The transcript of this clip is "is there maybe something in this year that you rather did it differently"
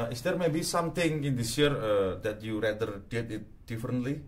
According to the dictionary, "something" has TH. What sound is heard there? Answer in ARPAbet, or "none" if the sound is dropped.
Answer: T